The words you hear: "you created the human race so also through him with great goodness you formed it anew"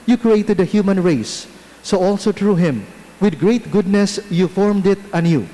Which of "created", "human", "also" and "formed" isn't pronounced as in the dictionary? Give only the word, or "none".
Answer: none